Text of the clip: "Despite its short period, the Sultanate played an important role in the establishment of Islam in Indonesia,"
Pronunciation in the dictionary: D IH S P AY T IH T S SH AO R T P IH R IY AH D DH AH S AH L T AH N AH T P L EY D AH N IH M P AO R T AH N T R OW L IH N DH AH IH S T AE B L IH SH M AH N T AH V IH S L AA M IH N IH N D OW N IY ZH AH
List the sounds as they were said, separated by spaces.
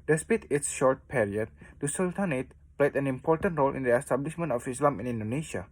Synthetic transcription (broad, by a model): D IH S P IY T IH T S SH AO R T P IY R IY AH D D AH S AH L T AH N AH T P L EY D AH N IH M P AO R T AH N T R OW L IH N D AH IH S T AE B L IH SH M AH N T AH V IH S L AA M IH N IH N D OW N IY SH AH